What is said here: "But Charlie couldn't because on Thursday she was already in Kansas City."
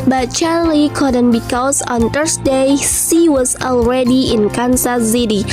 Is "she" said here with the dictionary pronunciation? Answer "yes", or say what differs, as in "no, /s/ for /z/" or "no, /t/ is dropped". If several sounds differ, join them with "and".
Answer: no, /s/ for /ʃ/